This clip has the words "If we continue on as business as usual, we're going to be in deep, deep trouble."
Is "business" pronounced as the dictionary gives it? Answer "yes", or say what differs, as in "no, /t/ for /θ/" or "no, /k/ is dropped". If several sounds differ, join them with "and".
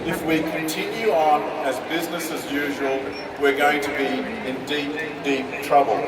yes